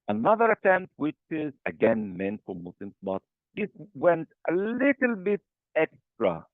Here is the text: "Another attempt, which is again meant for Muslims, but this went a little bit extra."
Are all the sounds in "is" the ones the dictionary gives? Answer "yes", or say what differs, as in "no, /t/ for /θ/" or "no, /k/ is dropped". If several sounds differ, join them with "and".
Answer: yes